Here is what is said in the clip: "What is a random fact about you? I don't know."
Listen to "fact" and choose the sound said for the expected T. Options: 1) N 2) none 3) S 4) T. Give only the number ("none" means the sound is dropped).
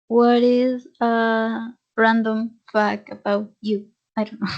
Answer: 2